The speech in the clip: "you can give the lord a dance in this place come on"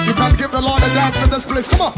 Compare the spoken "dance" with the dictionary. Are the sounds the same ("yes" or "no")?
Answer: no